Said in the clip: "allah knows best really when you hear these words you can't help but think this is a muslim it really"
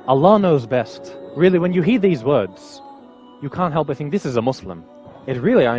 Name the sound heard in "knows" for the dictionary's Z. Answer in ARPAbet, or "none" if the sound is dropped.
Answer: Z